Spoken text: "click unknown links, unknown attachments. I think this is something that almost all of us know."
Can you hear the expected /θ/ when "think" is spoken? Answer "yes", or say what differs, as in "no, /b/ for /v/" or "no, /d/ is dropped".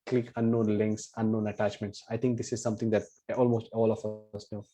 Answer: no, /t/ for /θ/